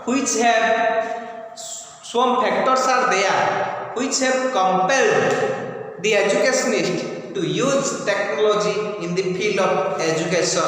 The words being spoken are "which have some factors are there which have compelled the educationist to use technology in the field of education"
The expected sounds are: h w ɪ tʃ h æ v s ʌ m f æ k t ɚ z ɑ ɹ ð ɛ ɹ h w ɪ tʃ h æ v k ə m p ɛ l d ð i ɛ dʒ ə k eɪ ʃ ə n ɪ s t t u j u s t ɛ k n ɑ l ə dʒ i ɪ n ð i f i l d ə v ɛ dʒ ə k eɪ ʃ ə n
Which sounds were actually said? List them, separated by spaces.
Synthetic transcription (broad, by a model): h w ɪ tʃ h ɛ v s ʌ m p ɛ k t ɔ s ɑ ɹ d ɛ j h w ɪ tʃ h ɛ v k ə m p ɛ l d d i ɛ dʒ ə k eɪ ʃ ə n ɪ s t t u j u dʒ t ɛ k n ɑ l ə dʒ i ɪ n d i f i l d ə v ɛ dʒ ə k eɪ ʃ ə n